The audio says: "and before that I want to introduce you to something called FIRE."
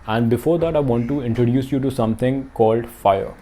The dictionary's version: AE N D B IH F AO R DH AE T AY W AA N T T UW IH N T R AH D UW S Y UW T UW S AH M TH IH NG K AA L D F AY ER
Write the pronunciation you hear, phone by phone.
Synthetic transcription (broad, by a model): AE N D B IH F AO R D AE T AY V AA N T T UW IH N T R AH D UW S Y UW T UW S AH M T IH NG K AA L D F AY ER